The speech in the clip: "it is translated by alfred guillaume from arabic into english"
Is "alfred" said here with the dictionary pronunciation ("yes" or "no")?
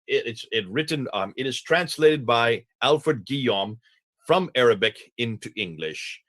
yes